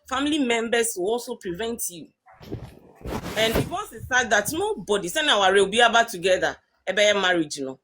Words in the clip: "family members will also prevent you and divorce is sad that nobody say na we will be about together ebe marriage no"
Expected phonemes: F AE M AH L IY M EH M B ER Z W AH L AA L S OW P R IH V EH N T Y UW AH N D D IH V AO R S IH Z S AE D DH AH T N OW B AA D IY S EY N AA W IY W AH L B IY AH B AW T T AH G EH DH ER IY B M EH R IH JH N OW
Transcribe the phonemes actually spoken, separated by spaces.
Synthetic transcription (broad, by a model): F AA M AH L IY M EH M B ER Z W AH L AA L S OW P R IH V EH N T Y UW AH N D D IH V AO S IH S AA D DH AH T N OW B AA D IY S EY N AA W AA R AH W B IY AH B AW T T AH G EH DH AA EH B M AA R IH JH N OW